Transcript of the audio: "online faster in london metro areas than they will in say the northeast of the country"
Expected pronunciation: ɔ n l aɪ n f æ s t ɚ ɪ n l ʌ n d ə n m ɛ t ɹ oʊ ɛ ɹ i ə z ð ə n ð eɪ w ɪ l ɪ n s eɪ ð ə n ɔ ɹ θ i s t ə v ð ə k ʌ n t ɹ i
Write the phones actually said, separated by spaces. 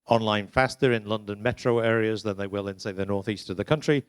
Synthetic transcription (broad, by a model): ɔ n l aɪ n f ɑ s t ɚ ɪ n l ʌ n d ə n m ɛ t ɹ oʊ ɛ ɹ i ə z ð ə n ð eɪ w ɪ l ɪ n s eɪ ð ə n ɔ ɹ θ i s t ə v ð ə k ʌ n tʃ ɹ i